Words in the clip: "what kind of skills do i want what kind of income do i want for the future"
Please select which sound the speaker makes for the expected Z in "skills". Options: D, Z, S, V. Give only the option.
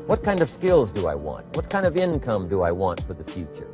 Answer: Z